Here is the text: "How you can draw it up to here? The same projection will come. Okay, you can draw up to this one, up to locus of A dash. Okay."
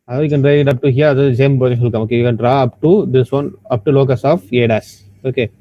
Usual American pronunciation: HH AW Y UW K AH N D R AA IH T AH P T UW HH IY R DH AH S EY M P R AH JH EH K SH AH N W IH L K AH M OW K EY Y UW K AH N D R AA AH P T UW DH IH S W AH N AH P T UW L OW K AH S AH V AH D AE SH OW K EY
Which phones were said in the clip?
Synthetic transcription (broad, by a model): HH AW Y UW K AH N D R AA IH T AH P T UW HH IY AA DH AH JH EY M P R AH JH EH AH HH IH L K AH M OW K EY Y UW K AH N D R AA AH P T UW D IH S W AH N AH P T UW L OW K AH S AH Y AH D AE S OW K EY